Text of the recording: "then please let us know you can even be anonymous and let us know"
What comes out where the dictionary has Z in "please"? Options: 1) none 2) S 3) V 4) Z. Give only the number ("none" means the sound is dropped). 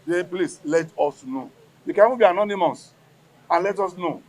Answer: 2